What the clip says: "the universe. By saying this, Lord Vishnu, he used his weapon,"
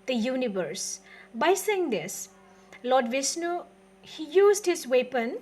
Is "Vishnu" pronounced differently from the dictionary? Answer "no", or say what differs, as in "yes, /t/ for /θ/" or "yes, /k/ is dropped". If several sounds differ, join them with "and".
yes, /s/ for /ʃ/